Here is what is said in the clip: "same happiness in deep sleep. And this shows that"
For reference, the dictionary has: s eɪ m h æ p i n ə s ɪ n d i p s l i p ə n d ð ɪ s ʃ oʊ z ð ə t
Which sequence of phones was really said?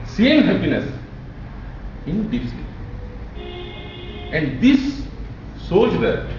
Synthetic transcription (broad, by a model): s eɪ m h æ p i n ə s ɪ n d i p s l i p ə n d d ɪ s s oʊ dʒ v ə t